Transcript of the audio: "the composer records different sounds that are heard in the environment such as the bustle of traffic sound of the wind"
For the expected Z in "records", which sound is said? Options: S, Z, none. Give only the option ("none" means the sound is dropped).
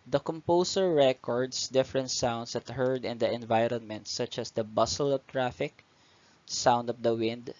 S